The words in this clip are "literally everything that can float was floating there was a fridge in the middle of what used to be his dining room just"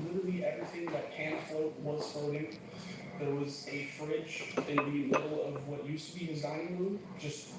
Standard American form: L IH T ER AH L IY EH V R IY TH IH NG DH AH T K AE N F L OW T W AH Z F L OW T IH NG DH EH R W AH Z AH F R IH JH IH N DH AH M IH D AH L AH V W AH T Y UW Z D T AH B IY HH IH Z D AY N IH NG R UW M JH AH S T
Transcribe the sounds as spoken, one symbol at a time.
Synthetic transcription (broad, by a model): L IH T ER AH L IY EH V R IY TH IH NG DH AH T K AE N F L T W AH Z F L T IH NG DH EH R W AH Z AH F R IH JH IH N DH AH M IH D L AH V W AH T Y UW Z T AH B IY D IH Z AY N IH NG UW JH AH S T